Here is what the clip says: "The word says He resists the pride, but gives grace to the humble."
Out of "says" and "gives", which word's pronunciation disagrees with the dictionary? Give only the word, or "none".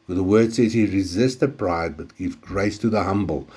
gives